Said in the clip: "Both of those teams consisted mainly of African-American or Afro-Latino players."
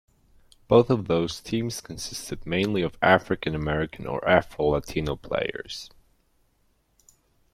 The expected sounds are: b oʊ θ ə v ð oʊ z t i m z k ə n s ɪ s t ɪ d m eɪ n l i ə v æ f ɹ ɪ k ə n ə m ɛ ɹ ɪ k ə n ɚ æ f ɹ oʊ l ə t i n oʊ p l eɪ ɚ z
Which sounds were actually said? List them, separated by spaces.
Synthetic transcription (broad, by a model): b oʊ θ ə v ð oʊ z t i m z k ə n s ɪ s t ɪ d m eɪ n l i ə v æ f ɹ ɪ k ə n ə m ɛ ɹ ɪ k ə n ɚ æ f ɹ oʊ l ə t i n oʊ p l eɪ ɚ z